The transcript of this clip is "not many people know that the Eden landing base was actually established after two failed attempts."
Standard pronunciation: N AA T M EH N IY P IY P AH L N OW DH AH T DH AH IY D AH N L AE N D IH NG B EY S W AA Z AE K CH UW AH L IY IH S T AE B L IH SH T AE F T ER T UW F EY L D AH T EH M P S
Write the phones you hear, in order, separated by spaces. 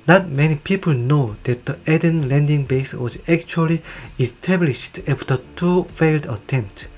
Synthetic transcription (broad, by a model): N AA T M EH N IY P IY P AH L N OW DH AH T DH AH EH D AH N L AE N D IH NG B EY S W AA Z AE K CH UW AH L IY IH S T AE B L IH SH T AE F T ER T UW F EY L D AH T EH M P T